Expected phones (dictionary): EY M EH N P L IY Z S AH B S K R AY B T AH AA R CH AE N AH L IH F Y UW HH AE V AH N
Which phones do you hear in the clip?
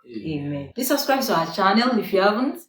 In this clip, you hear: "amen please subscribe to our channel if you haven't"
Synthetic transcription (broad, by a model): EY M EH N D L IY S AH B S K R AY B S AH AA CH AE N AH L IH F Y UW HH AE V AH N